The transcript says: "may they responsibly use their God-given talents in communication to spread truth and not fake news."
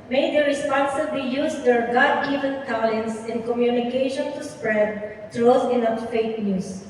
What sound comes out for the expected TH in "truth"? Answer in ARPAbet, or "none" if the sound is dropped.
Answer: S